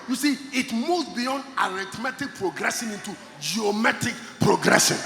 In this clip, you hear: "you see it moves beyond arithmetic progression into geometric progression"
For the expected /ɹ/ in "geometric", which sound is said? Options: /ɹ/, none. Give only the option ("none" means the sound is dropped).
none